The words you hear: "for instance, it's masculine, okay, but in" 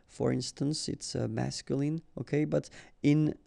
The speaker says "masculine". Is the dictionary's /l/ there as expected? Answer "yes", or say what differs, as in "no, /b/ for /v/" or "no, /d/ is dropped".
yes